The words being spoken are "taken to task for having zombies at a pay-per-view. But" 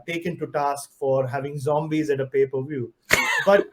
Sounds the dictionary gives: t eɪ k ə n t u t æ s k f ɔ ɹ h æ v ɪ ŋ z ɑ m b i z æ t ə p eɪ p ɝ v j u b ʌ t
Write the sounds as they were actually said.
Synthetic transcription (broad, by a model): t eɪ k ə n t u t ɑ s k f ɔ ɹ h æ v ɪ ŋ z ɑ m b i z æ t ə p eɪ p ɝ v j u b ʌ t